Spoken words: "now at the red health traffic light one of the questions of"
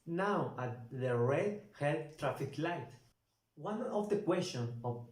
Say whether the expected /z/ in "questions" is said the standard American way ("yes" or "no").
no